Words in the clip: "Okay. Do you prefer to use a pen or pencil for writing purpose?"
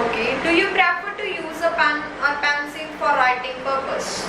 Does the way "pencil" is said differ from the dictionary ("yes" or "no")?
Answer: yes